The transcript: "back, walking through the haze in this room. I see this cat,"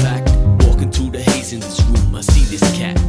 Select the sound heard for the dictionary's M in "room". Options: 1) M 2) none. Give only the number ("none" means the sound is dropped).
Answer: 1